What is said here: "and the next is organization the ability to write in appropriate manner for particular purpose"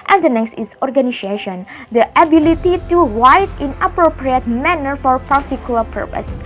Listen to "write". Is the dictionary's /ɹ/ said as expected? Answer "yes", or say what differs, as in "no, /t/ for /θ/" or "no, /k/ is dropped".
no, /w/ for /ɹ/